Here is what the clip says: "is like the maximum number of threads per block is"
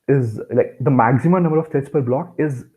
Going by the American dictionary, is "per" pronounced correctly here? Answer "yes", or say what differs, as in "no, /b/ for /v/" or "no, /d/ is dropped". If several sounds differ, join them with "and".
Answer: yes